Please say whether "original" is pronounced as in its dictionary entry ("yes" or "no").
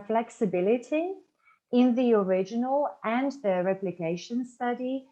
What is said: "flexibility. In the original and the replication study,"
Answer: yes